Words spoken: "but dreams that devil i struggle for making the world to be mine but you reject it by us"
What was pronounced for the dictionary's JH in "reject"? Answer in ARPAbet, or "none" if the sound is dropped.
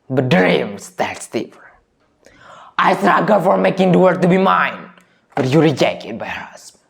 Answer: JH